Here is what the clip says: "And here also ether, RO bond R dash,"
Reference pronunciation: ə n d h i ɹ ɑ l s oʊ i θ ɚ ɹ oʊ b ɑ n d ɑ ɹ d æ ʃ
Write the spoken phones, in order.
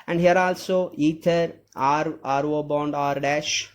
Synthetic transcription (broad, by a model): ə n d h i ɹ ɑ l s oʊ i t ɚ ɹ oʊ b ɑ n d ɑ ɹ d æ ʃ